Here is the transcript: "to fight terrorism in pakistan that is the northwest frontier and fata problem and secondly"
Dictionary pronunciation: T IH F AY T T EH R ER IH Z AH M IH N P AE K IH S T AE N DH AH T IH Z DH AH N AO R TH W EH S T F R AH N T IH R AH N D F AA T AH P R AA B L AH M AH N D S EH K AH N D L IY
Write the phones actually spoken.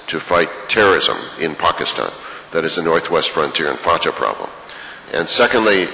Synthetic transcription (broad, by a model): T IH F AY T T EH R ER IH Z AH M IH N P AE K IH S T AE N DH AH T IH Z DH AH N AO R TH W EH S T F R AH N T IH R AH N F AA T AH P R AA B L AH M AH N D S EH K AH N D L IY